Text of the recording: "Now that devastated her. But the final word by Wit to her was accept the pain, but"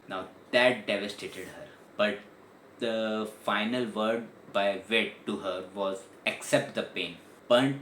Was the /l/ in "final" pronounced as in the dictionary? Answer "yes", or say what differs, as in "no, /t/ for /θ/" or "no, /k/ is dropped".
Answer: yes